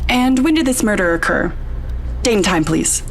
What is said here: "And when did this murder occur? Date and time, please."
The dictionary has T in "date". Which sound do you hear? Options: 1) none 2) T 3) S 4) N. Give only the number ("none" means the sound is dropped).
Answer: 1